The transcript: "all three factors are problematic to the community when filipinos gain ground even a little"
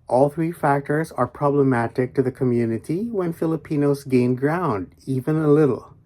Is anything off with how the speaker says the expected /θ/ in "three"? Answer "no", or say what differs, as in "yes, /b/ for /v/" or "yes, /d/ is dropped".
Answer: no